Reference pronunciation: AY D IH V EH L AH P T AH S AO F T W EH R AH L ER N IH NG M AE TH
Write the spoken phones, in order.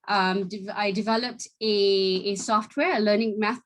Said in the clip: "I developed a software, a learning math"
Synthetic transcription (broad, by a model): AY D IH V EH L AH P T AH S AO F T W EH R AH L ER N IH NG M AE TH